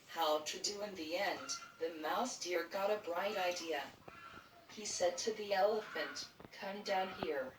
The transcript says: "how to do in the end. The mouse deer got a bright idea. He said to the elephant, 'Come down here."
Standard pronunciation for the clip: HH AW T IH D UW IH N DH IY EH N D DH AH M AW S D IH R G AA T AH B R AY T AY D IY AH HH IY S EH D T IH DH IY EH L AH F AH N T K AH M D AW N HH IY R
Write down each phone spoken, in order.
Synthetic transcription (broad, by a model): HH AW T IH D UW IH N DH IY EH N DH AH M AW S D IH R G AA T AH B R AY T AY D IY AH HH IY S EH D T IH DH IY EH L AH F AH N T K AH M D AW N HH IY R